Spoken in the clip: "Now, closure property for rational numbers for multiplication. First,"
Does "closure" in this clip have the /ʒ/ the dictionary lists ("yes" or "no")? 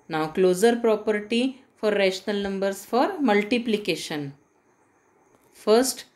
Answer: no